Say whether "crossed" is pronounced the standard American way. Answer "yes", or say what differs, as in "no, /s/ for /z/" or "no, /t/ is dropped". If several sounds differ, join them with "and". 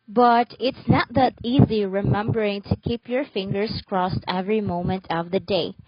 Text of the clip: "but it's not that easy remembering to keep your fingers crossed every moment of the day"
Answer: yes